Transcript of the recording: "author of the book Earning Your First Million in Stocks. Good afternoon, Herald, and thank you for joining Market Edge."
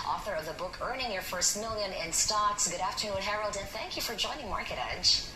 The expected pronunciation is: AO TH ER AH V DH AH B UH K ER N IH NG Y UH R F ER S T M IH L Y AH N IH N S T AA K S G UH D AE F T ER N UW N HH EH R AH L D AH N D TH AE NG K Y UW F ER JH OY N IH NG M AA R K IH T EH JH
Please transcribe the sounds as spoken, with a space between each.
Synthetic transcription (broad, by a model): AO TH ER AH V DH AH B UH K ER N IH NG Y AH R F ER S T M IH L Y AH N IH N S T AA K S G UH D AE F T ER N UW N HH EH R AH L D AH N TH AE NG K Y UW F ER JH OY N IH NG M AA R K IH T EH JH